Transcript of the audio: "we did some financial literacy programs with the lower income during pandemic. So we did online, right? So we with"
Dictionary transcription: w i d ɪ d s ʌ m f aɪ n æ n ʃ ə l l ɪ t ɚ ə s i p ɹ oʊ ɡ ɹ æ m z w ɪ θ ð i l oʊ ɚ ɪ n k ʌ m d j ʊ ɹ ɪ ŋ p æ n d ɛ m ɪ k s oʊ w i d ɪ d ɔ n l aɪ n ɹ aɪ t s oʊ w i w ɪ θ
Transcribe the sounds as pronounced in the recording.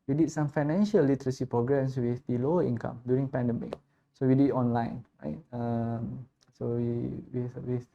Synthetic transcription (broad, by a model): w i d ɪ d s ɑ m f aɪ n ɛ n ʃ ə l l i t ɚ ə s i p ɹ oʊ ɡ ɹ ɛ m s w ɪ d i l oʊ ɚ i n k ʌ m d j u ɹ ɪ ŋ p æ n d ɛ m ɪ k s oʊ w i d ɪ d ɔ n l aɪ n ɹ aɪ t s oʊ w i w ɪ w